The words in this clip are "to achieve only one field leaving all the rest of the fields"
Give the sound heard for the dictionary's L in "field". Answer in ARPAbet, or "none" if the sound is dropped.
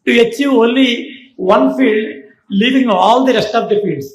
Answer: L